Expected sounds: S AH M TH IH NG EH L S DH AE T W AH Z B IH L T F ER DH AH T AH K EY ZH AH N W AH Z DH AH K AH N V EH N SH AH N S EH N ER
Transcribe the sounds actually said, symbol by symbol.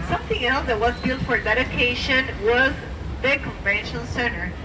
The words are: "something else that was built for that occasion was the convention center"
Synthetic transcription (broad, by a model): S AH M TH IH NG EH L S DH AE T W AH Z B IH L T F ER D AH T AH K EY SH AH N W AH Z DH AH K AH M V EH N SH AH N S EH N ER